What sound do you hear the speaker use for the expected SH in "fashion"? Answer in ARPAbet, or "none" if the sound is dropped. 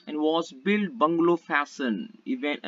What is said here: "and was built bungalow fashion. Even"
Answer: S